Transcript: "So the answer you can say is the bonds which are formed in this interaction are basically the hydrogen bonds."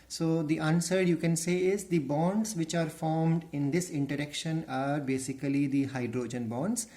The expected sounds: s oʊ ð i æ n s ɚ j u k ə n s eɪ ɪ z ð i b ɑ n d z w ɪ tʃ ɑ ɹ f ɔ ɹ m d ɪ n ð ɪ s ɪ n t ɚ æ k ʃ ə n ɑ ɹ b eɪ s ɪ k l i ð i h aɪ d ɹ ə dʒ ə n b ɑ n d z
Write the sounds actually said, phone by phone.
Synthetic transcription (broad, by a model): s oʊ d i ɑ n s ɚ j u k ə n s eɪ ɪ z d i b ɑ n d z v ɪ tʃ ɑ ɹ f ɔ ɹ m d ɪ n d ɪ s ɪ n t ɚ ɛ k ʃ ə n ɑ ɹ b eɪ s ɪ k l i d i h aɪ d ɹ ə dʒ ə n b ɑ n d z